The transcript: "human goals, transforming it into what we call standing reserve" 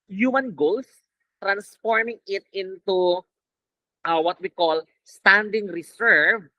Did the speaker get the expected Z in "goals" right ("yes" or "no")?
no